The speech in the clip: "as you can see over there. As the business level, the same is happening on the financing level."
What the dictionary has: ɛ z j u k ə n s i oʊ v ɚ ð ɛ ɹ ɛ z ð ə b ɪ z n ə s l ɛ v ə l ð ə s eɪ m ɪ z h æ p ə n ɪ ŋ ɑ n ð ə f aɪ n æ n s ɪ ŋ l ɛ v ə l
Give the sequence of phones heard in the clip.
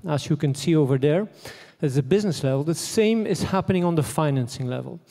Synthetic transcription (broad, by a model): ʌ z j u k ə n s i oʊ v ɚ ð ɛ ɹ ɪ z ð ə b ɪ z n ə s l ɛ v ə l ð ə s eɪ m ɪ z h æ p ə n ɪ ŋ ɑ n ð ə f aɪ n æ n s ɪ ŋ l ɛ v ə l